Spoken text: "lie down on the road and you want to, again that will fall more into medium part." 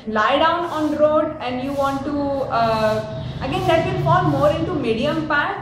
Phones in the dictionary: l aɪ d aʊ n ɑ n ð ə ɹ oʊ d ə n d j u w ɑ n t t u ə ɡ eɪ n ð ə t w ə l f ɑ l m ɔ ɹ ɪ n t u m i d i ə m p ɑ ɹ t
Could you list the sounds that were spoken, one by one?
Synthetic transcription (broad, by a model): l aɪ d aʊ n ɑ n ɹ oʊ d ə n d j u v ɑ n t t u ə ɡ eɪ n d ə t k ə n f ɑ l m ɔ ɹ ɪ n t u m i d i ə m p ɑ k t